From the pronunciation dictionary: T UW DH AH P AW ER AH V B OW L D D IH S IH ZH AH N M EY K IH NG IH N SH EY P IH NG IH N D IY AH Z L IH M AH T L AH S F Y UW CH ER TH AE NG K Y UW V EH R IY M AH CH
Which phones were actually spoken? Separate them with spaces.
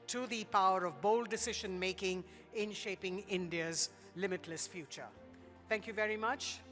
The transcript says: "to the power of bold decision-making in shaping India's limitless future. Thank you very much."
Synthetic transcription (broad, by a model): T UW DH AH P AW ER AH V B OW L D D IH S IH ZH AH N M EY K IH NG IH N SH EY P IH NG IH N D IY AH Z L IH M AH T L AH S F Y UW CH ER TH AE NG K Y UW V EH R IY M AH CH